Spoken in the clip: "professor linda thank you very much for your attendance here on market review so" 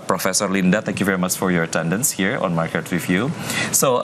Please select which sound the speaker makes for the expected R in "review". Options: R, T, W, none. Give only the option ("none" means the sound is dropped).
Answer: W